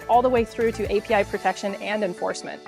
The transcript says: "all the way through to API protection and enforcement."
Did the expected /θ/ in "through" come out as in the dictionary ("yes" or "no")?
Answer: yes